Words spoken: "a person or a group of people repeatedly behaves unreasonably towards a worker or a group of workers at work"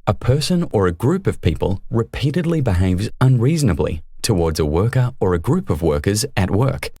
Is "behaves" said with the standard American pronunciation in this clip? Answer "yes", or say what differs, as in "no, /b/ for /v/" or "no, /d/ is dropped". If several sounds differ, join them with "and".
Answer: yes